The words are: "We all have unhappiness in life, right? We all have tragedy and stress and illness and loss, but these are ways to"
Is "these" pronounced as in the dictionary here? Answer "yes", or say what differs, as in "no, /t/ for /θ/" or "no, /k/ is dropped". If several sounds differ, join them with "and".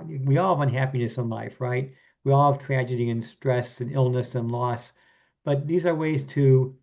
yes